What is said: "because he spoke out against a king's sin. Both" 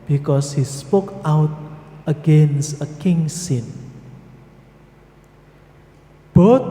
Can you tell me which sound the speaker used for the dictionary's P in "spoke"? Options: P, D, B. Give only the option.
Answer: P